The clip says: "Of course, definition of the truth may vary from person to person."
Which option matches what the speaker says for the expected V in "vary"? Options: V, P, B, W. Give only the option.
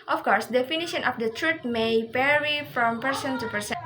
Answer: P